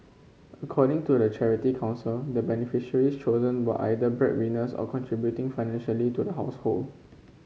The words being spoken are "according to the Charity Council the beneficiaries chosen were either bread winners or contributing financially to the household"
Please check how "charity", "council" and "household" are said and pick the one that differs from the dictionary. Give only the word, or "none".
none